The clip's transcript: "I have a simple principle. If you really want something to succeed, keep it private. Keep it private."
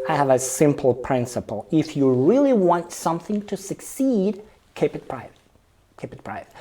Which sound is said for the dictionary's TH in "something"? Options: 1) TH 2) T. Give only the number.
1